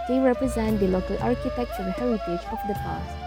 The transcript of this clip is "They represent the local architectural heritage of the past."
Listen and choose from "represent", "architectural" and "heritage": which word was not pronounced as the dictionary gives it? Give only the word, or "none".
architectural